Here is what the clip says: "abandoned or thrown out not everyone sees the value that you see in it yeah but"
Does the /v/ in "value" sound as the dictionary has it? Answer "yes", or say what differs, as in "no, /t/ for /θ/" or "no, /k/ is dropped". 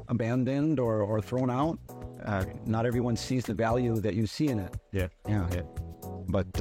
yes